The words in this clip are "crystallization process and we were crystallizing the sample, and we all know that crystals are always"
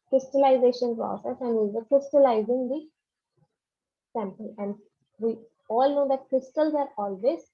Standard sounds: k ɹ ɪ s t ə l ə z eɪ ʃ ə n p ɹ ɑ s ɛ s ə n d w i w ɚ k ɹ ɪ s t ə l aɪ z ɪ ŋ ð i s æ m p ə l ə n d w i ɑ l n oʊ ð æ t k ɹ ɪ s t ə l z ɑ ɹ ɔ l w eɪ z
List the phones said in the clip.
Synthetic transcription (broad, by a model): k ɹ ɪ s t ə l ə z eɪ ʃ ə n p ɹ ɑ s ɛ s ə n d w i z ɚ k ɹ ɪ s t ə l aɪ z ɪ ŋ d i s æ m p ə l ə n d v i ɑ l n oʊ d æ t k ɹ ɪ s t ə l z ɑ ɹ ɔ l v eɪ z